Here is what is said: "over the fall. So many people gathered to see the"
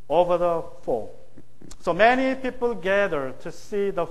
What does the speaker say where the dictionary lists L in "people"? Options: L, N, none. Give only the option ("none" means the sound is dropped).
L